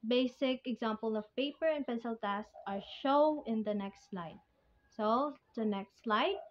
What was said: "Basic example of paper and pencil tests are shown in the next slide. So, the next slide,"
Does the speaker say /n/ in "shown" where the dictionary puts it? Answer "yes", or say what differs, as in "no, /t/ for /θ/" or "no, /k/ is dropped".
no, /n/ is dropped